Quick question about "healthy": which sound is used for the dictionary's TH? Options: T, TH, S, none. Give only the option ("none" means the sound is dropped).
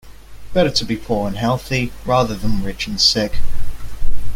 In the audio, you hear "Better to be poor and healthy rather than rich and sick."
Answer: TH